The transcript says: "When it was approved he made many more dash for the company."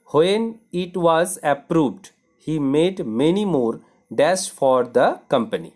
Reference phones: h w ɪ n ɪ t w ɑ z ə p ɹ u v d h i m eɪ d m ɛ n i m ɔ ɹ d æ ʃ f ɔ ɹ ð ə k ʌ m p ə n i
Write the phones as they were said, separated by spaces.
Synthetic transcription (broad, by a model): h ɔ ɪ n ɪ t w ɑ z ə p ɹ u v d h i m eɪ d m ɛ n i m ɔ ɹ d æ s f ɔ ɹ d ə k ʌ m p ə n i